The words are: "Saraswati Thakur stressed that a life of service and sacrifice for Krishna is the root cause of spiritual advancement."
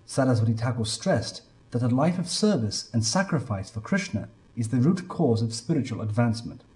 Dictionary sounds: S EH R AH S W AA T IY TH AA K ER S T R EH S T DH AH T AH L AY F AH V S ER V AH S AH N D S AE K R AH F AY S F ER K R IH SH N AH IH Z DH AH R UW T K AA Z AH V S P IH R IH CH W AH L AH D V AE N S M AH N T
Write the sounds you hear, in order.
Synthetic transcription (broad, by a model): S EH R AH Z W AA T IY T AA K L S T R EH S DH AH T AH L AY F AH V S ER V AH S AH N S AE K R AH F AY S F ER K R IH SH N AH IH Z DH AH R UW T K AA Z AH V S P IH R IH CH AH L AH D V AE N S M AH N T